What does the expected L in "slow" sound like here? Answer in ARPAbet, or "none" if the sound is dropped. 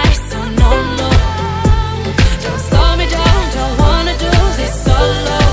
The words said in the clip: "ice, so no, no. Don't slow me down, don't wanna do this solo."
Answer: none